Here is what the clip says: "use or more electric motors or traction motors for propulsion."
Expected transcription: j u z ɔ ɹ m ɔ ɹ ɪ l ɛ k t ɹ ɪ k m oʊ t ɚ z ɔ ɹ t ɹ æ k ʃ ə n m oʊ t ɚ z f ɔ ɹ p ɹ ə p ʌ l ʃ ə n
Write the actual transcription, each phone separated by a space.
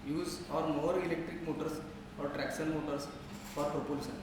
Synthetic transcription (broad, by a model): j u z ɔ ɹ m ɔ ɹ ɪ l ɛ k t ɹ ɪ k m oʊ t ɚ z ɔ ɹ t ɹ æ k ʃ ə n m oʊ t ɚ s f ɔ ɹ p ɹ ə p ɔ l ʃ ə n